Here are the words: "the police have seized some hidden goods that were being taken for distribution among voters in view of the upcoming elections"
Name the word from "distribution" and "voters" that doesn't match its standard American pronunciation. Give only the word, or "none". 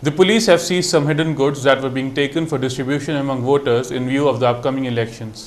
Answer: none